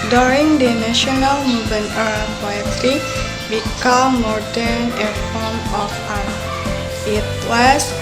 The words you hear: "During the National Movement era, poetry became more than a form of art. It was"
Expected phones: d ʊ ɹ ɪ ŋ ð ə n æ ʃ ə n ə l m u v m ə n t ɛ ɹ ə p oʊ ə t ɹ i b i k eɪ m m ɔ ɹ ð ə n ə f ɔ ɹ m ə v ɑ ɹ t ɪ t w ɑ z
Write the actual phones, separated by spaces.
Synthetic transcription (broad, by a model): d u ɹ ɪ ŋ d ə n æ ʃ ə n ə l m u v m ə n ɛ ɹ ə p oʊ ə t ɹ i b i k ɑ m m ɔ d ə n ə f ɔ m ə f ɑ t ɪ t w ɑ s